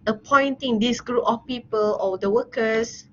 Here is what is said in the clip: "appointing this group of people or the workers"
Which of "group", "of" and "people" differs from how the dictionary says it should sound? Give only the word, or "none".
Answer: of